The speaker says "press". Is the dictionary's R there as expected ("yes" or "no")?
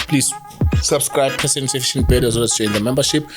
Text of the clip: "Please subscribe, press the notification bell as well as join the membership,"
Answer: no